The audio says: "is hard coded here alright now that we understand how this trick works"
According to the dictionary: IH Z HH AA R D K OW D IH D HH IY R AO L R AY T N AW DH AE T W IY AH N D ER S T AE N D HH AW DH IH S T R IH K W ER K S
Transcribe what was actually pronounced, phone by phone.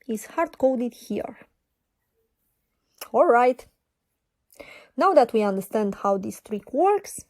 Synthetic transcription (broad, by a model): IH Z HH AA R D K OW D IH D HH IY R AO L R AY T N AW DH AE T W IY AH N D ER S T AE N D HH AW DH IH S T R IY K W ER K S